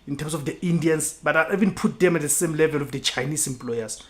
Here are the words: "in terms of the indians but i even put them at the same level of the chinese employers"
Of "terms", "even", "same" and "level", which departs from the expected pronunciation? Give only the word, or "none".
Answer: terms